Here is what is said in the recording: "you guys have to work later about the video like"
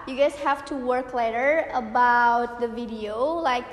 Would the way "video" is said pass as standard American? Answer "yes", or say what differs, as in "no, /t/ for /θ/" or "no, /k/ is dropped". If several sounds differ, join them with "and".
yes